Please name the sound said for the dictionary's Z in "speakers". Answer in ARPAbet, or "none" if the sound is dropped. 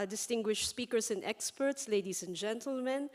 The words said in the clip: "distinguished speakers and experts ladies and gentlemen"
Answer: S